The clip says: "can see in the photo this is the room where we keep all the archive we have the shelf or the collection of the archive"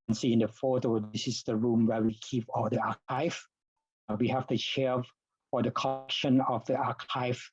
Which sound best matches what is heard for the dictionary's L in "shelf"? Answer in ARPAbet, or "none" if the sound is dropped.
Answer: none